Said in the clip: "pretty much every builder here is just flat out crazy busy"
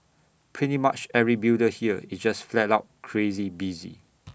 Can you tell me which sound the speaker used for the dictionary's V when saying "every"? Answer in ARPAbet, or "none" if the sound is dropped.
none